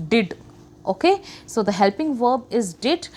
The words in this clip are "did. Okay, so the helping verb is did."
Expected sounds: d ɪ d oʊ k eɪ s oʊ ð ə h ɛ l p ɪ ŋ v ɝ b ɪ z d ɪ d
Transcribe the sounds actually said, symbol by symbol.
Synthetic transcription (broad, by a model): d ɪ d oʊ k eɪ s oʊ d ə h ɛ l p ɪ ŋ v ɝ b ɪ z d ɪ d